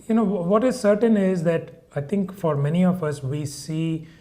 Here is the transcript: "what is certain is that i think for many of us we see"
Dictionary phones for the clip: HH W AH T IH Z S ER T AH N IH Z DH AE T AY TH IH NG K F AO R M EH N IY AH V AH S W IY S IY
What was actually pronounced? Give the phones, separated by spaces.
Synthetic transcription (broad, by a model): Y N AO T IH Z S ER T AH N IH Z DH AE T AY T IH NG K F AO R M EH N IY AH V AH S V IY S IY